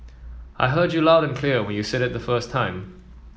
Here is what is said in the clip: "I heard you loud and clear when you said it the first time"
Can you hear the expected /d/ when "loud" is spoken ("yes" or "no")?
yes